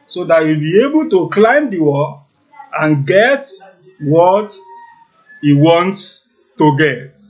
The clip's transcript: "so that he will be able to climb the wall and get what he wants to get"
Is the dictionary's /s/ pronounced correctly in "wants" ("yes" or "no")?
yes